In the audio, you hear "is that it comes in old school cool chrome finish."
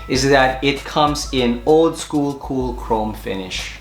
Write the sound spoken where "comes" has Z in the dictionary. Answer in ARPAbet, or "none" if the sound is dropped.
Z